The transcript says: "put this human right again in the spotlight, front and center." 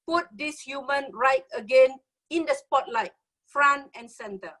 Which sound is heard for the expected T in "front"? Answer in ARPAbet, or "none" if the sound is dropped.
none